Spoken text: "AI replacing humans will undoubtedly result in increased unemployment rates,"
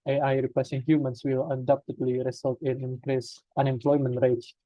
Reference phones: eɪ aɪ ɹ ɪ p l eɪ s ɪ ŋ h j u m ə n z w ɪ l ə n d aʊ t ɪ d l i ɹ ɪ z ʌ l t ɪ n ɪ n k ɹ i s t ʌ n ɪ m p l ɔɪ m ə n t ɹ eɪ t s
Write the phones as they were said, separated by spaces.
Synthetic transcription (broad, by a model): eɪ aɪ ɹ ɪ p eɪ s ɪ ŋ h j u m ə n s w ɪ l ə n d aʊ t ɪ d l i ɹ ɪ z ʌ l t ɪ n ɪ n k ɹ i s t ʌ n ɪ m p l ɔɪ m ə n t ɹ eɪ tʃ